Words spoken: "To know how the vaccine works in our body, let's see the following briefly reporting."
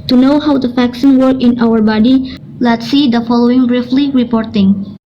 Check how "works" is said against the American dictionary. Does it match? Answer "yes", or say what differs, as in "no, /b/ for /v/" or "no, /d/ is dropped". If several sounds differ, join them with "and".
no, /s/ is dropped